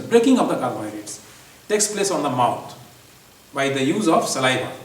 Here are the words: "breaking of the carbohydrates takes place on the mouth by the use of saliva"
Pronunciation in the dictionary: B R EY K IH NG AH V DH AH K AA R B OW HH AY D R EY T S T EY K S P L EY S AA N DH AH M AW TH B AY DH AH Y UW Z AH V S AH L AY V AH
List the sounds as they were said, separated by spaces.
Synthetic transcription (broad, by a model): B R EY K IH NG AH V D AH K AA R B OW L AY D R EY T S T EY K S P L EY S AA N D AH M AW T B AY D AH Y UW Z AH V S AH L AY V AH